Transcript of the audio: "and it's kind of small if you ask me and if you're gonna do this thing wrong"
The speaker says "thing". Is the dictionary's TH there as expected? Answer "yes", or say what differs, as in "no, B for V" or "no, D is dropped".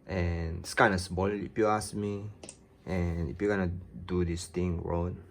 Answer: no, T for TH